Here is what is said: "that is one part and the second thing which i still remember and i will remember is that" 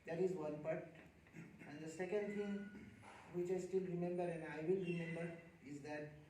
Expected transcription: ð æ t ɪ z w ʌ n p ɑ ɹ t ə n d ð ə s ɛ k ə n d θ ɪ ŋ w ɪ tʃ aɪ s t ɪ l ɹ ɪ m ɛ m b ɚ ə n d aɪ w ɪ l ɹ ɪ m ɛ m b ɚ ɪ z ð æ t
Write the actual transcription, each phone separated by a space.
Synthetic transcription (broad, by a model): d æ t ɪ z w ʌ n p ɑ ɹ t ə n d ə s ɛ k ə n d t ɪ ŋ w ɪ tʃ aɪ s t ɪ l ɹ ɪ m ɛ m b ɚ ə n d aɪ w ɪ l ɹ ɪ m ɛ m b ɚ ɪ z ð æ t